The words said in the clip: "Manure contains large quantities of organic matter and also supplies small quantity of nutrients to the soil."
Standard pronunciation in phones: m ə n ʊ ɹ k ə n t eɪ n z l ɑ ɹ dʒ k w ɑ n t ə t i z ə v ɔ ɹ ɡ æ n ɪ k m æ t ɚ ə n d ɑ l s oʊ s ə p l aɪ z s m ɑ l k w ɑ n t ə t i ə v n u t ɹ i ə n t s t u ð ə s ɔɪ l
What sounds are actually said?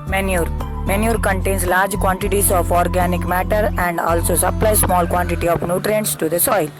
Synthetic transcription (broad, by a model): m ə n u ɹ k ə n t eɪ n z l ɑ ɹ dʒ k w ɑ n t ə t i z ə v ɔ ɹ ɡ æ n ɪ k m æ t ɚ ə n d ɑ l s oʊ s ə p l aɪ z s m ɑ l k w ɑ n t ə t i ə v n u t ɹ i ə n t s t u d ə s ɔɪ l